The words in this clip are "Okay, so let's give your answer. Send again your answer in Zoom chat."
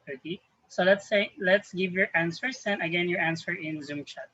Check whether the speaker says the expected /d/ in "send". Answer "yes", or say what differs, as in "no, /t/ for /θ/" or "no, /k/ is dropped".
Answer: no, /d/ is dropped